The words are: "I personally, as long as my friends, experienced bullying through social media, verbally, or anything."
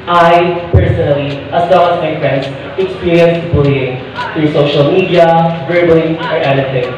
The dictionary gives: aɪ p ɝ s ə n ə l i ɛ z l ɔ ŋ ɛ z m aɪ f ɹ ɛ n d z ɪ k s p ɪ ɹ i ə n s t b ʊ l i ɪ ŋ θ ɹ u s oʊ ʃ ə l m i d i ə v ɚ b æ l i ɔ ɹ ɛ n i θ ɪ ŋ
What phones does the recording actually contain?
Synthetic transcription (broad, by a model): aɪ p ɝ s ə n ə l i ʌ s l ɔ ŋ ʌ s m aɪ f ɹ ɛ n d s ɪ k s p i ɹ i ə n s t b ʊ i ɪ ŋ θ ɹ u s oʊ ʃ ə l m i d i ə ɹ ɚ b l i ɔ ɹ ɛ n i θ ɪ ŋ